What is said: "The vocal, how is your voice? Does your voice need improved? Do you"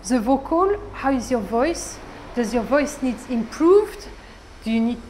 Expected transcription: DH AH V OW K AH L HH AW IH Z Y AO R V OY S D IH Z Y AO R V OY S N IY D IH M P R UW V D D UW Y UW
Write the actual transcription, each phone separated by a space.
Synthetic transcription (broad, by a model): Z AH V OW K AH L HH AW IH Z Y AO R V OY S D IH Z Y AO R V OY S N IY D IH M P R UW V D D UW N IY